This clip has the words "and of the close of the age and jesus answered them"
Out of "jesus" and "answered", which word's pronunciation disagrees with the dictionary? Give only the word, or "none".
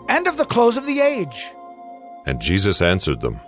none